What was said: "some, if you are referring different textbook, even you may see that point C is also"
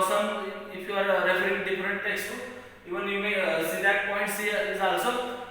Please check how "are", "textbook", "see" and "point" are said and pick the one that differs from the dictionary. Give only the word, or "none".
textbook